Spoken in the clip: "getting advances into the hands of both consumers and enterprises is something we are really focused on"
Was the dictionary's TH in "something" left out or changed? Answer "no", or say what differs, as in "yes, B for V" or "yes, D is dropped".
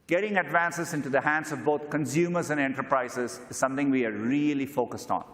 yes, T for TH